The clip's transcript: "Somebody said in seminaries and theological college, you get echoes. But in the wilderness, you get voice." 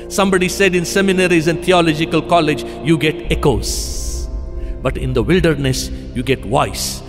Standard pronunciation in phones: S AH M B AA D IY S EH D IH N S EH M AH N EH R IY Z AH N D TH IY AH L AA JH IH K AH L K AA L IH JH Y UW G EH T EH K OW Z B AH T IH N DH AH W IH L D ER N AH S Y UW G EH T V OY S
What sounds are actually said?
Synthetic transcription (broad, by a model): S AH M B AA D IY S EH D IH N S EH M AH N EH R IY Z AH N D T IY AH L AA JH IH K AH L K AA L IH JH Y UW G EH T EH K OW Z B AH T IH N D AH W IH L D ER N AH S Y UW G EH T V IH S